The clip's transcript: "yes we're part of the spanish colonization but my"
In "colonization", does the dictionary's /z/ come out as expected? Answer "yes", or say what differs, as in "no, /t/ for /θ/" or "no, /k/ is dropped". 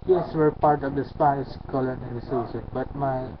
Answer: no, /s/ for /z/